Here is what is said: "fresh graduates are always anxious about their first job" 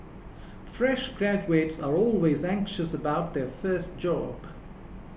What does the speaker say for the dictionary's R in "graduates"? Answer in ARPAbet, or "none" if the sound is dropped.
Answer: R